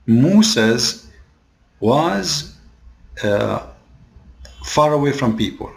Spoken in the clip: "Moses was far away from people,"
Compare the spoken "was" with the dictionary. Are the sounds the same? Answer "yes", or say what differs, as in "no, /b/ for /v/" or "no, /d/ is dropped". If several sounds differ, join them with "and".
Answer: yes